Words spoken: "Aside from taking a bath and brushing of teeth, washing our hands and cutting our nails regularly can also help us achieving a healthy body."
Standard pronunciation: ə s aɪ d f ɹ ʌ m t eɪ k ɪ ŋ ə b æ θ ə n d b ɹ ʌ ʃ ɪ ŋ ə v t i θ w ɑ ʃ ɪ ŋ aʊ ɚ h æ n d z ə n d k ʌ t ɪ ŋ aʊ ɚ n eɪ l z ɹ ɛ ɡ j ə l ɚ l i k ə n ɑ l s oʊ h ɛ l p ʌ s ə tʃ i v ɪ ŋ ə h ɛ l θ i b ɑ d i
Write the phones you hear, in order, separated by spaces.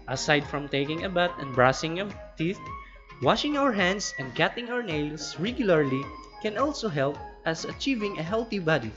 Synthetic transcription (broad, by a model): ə s aɪ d f ɹ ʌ m t eɪ k ɪ ŋ ə b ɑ t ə n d b ɹ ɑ s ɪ ŋ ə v t i θ w ɑ ʃ ɪ ŋ aʊ ɚ h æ n d s ə n d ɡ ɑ t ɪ ŋ aʊ ɚ n eɪ l s ɹ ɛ ɡ j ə l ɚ l i k ə n ɑ l s oʊ h ɛ l p ʌ s ə tʃ i v ɪ ŋ ə h ɛ l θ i b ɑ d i